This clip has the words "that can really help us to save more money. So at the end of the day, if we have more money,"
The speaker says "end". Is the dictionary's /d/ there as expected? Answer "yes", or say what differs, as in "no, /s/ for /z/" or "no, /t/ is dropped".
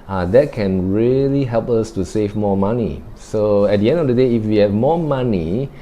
yes